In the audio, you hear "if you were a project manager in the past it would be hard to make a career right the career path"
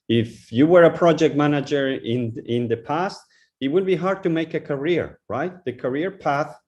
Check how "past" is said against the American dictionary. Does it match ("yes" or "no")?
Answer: yes